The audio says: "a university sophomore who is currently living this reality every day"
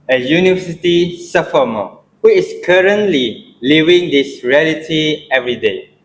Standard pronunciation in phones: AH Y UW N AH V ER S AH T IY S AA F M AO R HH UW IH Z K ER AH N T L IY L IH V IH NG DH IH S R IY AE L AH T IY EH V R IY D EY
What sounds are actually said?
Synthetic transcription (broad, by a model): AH Y UW N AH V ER S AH T IY S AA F M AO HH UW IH S K ER AH N T L IY L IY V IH NG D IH S R IY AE L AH T IY EH V R IY D EY